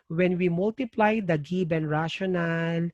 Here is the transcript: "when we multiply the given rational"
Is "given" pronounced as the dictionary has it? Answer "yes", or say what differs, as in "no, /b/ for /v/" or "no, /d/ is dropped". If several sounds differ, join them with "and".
no, /b/ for /v/